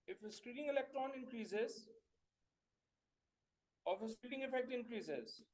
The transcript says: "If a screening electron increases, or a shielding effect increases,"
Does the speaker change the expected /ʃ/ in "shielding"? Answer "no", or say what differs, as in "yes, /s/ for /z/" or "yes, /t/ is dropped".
yes, /s/ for /ʃ/